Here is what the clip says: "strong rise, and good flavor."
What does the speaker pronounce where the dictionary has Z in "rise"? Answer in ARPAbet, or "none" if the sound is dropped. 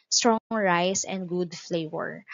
S